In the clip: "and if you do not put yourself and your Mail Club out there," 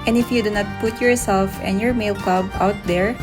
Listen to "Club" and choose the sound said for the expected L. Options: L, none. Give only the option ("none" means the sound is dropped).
none